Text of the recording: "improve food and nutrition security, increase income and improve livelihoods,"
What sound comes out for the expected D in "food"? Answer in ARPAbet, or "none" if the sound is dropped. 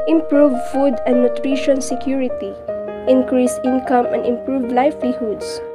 D